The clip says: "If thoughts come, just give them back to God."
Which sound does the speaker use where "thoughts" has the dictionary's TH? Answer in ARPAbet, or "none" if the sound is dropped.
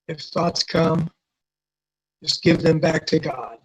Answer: TH